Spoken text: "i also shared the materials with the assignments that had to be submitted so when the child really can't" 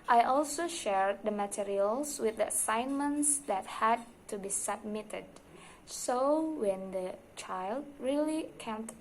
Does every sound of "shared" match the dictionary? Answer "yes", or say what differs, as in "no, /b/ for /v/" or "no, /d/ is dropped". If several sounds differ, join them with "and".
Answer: yes